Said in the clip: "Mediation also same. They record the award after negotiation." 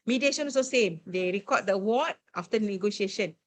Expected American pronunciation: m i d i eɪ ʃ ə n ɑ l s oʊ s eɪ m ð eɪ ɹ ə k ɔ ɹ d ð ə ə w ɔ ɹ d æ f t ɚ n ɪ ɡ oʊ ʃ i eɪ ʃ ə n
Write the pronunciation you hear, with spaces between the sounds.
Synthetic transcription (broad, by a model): m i d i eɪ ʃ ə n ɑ s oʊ s eɪ m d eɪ ɹ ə k ɔ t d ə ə w ɔ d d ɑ f t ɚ n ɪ ɡ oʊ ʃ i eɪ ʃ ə n